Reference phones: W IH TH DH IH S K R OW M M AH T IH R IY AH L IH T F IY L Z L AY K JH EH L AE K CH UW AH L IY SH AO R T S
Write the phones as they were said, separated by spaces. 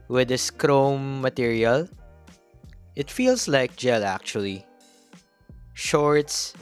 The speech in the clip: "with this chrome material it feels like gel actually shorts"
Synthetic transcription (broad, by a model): W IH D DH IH S K R OW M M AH T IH R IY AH L IH T F IY L S L AY K JH EH L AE K CH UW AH L IY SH AO R T S